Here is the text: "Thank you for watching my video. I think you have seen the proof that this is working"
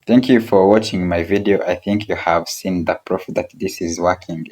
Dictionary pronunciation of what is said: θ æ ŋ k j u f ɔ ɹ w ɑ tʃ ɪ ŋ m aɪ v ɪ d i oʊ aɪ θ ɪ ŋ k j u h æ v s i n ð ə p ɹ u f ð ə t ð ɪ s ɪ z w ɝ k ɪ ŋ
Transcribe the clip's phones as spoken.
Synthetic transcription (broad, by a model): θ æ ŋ k j u f ɔ ɹ w ɑ tʃ ɪ ŋ m aɪ v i d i oʊ aɪ θ ɪ ŋ k j u h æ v s i n ð ə p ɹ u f ð ə t ð ɪ s ɪ z w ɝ k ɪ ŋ